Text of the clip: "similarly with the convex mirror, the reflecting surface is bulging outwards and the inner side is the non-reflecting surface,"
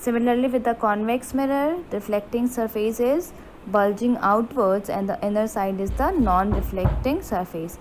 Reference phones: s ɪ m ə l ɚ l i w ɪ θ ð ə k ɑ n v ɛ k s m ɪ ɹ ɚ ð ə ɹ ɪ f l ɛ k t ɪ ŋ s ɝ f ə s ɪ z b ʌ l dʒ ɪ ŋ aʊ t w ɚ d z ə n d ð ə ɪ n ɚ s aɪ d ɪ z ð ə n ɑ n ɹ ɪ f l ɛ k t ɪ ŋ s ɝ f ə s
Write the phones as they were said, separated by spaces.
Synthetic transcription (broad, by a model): s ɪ m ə l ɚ l i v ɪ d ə k ɑ n v ɛ k s m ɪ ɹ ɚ ɹ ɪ f l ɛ k t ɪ ŋ s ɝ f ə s ɪ z b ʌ l dʒ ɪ ŋ aʊ t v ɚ d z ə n d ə ɪ n ɚ s aɪ d ɪ z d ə n ɑ n ɹ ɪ f l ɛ k t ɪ ŋ s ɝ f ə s